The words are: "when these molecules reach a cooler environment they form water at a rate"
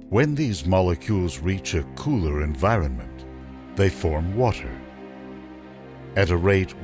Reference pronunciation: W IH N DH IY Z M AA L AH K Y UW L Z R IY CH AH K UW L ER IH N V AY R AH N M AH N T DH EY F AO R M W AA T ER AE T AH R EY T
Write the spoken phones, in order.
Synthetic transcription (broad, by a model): W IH N DH IY Z M AA L AH K Y UW L Z R IY CH AH K UW L ER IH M V AY R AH N M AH N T DH EY F AO R M W AA T ER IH T AH R EY T